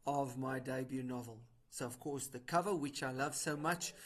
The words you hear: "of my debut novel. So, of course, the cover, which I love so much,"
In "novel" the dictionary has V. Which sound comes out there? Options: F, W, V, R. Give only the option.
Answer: V